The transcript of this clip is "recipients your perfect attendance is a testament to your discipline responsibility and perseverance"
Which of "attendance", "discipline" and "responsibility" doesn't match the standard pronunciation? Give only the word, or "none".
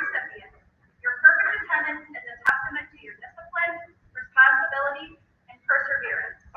attendance